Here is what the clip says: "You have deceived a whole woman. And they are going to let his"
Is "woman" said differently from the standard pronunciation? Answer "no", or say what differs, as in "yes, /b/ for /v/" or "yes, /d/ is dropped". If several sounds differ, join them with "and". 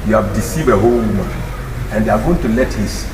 yes, /n/ is dropped